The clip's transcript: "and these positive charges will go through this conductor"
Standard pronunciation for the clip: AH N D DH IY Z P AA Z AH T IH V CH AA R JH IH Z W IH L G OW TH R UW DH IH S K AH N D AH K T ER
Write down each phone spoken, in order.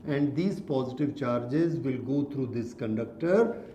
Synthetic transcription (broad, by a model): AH N D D IY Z P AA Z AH T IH V CH AA R JH IH Z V IH L G OW T R UW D IH S K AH N D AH K T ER